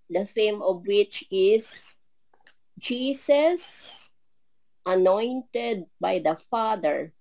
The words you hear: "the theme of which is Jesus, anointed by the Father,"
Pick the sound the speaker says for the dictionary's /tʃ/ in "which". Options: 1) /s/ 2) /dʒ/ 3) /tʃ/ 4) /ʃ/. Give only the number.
3